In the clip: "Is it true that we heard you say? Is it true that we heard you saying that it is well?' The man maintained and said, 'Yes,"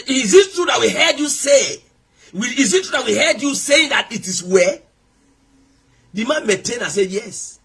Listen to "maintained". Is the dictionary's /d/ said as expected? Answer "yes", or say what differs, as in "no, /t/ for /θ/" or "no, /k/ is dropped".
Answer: no, /d/ is dropped